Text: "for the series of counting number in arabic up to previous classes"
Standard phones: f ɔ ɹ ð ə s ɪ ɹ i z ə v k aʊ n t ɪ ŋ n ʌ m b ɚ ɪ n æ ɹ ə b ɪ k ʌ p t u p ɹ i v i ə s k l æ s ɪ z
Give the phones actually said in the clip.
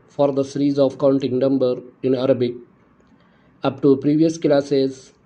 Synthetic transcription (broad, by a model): f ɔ ɹ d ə s ɪ ɹ i z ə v k aʊ n t ɪ ŋ n ʌ m b ɚ ɪ n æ ɹ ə b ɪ k ʌ p t u p ɹ i v i ə s k l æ s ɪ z